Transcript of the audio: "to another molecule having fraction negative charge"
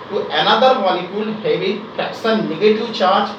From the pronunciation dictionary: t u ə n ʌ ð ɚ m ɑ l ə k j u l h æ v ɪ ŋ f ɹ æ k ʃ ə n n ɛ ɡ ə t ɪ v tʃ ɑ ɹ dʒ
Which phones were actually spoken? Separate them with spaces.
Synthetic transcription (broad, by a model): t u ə n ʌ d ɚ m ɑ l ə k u l h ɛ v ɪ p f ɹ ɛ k s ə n n ɛ ɡ ə t ɪ v tʃ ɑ ɹ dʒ